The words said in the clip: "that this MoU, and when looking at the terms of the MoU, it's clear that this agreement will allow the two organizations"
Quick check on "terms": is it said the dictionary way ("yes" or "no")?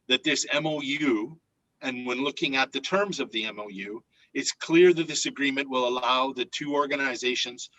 yes